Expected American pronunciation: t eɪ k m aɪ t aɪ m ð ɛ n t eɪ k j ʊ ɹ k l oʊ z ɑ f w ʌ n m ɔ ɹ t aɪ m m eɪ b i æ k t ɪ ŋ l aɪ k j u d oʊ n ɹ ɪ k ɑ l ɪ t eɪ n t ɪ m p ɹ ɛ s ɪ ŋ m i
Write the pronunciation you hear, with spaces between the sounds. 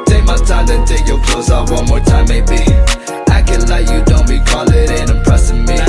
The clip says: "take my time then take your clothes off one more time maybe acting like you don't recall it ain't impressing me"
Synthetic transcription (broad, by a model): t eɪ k m aɪ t aɪ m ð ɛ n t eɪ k j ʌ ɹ k l oʊ z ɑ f w ʌ n m ɔ ɹ t aɪ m m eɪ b i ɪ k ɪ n l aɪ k j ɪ d oʊ n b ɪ k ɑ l ɪ t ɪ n ɪ m p ɹ ɛ s ɪ ŋ m i